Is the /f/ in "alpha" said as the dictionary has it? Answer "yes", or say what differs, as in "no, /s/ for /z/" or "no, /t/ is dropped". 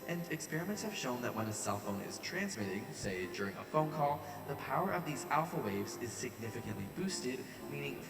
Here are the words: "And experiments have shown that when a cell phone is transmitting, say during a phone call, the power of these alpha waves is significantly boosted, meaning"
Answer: yes